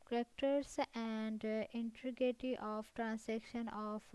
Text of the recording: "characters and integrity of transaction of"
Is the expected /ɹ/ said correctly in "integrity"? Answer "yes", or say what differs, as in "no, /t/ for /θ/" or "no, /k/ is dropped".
no, /ɹ/ is dropped